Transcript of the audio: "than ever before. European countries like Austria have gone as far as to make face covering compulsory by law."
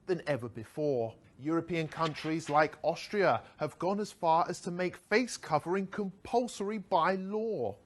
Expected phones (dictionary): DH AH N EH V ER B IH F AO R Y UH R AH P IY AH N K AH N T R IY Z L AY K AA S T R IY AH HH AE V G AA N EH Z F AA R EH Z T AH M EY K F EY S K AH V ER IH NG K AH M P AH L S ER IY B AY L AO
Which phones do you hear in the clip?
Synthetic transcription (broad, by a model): DH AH N EH V ER B IH F AO R Y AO R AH P IY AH N K AH N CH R IY Z L AY K AA S T R IY AH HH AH V G AA N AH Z F AA R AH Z T AH M EY K F EY S K AH V ER IH NG K AH M P AH L S ER IY B AY L AO